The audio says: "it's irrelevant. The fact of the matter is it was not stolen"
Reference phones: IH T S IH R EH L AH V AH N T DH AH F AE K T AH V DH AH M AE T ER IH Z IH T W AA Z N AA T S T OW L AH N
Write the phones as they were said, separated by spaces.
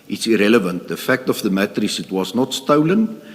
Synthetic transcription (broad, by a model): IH T S IH R EH L AH V AH N T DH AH F AE K T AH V DH AH M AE T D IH S IH T W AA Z N AA T S T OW L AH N